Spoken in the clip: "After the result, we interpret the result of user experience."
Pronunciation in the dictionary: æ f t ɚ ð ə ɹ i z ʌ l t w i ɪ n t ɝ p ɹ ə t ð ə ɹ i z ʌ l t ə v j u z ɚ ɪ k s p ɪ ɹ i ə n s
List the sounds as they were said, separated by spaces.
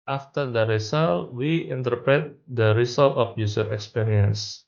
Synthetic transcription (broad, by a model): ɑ f t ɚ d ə ɹ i s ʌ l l w i ɪ n t ɝ p ɹ ə t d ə ɹ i s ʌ l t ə f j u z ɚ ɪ k s p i ɹ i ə n s